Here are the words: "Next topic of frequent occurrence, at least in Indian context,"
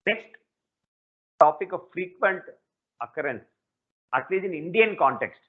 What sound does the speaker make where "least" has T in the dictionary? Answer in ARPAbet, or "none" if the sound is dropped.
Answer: none